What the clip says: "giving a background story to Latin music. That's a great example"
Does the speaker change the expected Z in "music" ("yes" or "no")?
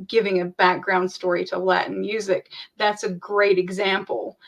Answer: no